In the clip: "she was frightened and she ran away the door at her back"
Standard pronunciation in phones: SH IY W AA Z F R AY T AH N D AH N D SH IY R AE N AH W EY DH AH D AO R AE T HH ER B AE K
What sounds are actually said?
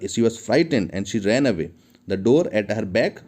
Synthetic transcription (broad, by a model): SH IY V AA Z F R AY T AH N D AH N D SH IY R AE N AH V EY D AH D AO R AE T HH ER B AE K